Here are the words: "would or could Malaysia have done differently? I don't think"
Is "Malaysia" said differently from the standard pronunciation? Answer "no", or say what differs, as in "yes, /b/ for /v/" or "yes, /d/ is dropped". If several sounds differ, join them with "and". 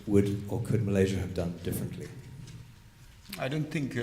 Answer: no